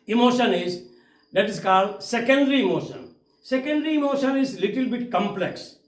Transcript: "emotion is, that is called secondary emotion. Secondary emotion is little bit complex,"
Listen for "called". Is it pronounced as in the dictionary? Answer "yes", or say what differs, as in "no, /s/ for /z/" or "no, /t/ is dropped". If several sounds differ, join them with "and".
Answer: yes